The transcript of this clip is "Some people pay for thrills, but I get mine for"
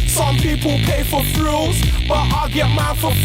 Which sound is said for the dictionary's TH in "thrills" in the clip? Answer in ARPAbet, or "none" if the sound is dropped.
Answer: F